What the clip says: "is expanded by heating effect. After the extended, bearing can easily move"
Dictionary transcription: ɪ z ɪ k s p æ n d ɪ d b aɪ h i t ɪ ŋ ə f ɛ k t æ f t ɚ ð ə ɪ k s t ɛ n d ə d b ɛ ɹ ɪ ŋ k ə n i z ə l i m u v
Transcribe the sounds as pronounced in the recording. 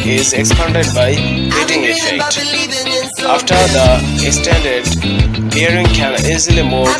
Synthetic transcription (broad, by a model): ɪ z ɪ k s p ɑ n d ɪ d b aɪ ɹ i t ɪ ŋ ə f ɛ k t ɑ f t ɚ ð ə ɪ k s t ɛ n d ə d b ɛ ɹ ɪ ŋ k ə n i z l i m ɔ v